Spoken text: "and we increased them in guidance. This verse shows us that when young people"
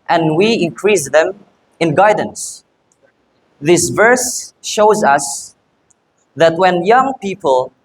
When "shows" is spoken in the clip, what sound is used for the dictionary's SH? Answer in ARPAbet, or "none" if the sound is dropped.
SH